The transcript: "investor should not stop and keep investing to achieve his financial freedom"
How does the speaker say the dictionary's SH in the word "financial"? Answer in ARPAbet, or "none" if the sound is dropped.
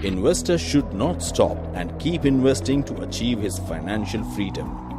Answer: SH